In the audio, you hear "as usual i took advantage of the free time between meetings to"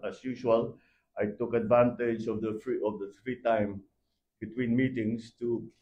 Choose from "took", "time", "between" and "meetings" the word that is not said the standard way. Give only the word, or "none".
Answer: meetings